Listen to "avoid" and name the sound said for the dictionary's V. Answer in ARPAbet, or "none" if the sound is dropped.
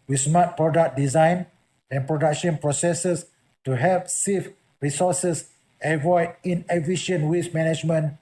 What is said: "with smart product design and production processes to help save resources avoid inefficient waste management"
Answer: V